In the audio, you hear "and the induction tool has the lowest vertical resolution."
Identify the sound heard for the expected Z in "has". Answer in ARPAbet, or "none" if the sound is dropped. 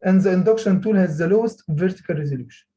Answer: Z